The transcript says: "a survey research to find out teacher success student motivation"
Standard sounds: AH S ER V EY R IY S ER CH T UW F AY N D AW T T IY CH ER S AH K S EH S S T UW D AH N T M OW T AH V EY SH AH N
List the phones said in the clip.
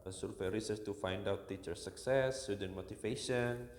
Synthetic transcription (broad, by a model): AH S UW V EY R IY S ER S T UW F AY N D AW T T IY CH ER S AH K S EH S S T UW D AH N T M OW T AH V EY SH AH N